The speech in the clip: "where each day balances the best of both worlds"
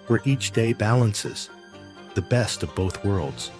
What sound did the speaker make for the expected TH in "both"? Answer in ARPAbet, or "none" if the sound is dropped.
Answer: TH